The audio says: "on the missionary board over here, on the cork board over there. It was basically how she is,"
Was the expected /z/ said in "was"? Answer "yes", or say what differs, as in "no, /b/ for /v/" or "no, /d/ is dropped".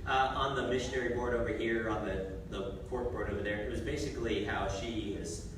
yes